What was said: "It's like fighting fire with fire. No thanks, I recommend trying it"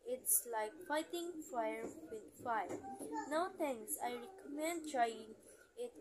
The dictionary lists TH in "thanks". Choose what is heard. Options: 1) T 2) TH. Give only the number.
1